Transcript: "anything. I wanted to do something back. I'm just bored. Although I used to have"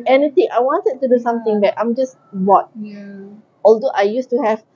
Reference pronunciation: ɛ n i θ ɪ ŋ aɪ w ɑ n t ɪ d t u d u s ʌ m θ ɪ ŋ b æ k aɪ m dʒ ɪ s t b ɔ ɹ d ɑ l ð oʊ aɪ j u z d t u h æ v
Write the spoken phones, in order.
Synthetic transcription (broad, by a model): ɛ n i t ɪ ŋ aɪ w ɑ n t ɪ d t u d u s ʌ m t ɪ ŋ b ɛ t aɪ m dʒ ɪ s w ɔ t ɑ l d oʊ aɪ j u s t u h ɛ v